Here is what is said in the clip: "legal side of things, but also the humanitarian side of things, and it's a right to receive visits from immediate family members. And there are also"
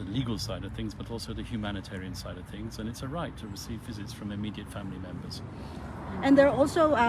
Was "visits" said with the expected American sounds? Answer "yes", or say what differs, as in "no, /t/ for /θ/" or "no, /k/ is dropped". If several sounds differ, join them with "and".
yes